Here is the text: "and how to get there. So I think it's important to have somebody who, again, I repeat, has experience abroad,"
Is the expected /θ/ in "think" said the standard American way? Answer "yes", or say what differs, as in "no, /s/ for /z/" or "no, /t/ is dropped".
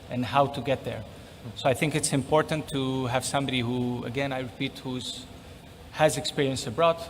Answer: yes